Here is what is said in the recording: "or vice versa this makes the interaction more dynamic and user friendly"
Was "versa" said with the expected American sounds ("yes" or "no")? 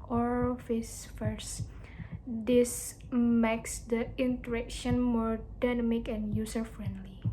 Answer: no